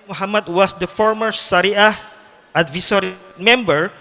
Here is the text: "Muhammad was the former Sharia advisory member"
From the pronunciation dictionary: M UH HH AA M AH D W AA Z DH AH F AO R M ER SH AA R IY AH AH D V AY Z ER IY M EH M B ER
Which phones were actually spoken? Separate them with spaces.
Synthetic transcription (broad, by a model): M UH HH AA M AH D W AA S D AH F AO R M ER S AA R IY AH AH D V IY S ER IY M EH M B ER